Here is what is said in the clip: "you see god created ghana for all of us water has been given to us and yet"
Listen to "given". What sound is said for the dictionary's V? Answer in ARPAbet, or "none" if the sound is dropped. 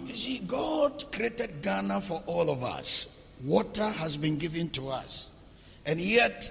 V